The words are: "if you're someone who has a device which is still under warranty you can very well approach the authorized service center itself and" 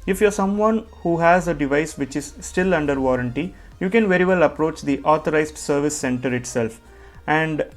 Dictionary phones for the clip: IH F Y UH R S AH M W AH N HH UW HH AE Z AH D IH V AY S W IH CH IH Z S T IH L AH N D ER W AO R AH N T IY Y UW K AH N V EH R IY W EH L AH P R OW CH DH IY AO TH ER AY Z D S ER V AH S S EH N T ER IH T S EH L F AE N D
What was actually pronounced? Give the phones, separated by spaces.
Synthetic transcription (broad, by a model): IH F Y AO R S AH M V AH N HH UW HH AE Z AH D IH V AY S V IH CH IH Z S T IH L AH N D ER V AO R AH N T IY Y UW K AH N V EH R IY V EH L AH P R OW CH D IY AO T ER AY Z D S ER V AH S S EH N T ER IH T S EH L F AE N D